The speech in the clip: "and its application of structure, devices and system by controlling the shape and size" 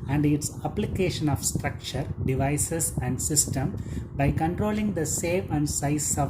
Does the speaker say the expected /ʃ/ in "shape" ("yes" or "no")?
no